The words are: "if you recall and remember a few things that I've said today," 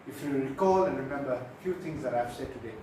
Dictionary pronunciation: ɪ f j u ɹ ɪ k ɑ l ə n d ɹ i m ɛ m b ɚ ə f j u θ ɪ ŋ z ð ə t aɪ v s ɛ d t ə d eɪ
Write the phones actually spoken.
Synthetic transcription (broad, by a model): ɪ f j u ɹ ɪ k ɑ l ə n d ɹ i m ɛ m b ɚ ə f j u t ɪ ŋ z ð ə t aɪ v s ɛ d t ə d eɪ